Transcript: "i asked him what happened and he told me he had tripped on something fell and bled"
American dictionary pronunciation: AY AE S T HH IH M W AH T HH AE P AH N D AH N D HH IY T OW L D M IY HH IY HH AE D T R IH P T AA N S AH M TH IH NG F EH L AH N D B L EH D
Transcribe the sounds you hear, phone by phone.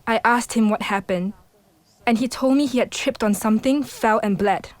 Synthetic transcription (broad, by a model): AY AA S T HH IH M W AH T HH AE P AH N D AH N HH IY T OW L D M IY HH IY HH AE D T R IH P T AA N S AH M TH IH NG F EH L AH N B L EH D